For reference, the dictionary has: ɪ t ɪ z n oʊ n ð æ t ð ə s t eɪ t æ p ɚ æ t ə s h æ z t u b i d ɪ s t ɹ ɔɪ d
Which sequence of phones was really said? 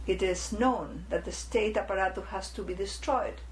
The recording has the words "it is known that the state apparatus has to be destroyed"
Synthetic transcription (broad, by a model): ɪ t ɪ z n oʊ n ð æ t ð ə s t eɪ t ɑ p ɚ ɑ t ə h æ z t u b i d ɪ s t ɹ ɔɪ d